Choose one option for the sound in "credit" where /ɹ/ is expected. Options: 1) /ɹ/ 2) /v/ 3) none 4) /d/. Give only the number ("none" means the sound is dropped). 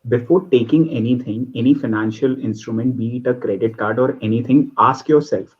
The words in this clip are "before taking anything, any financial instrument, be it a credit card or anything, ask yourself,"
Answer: 1